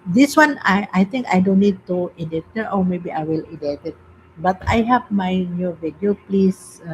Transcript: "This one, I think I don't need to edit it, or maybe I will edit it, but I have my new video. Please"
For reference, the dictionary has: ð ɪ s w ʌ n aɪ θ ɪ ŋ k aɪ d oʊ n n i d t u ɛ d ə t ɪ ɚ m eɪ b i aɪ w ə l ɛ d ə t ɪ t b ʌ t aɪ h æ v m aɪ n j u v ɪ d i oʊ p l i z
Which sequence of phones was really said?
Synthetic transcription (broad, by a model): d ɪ s w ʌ n aɪ t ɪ ŋ k aɪ d oʊ n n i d t u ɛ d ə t ɪ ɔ m eɪ b i aɪ w ə l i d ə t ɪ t b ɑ t aɪ h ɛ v m aɪ n j u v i d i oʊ p l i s